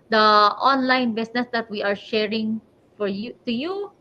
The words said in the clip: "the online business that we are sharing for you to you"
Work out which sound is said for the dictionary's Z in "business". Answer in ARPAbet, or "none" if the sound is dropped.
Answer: S